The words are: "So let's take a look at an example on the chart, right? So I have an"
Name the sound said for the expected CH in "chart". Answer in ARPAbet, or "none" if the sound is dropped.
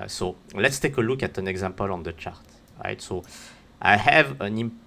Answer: CH